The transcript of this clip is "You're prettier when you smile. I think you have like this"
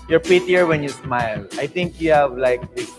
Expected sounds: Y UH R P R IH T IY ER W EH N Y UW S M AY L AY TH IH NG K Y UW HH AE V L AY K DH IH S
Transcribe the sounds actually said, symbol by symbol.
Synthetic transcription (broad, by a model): Y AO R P IH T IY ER W EH N Y UW S M AY L AY T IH NG K Y UW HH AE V L AY K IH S